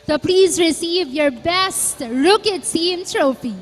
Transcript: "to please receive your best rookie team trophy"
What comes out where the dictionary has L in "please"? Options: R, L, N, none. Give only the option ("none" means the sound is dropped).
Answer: L